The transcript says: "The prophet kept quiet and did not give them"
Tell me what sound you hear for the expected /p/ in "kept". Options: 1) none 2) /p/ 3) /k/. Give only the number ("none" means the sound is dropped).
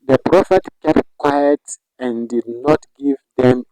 2